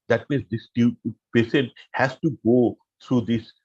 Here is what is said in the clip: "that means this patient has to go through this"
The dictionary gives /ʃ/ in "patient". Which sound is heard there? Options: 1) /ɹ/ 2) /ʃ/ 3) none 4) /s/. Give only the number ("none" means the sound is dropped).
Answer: 4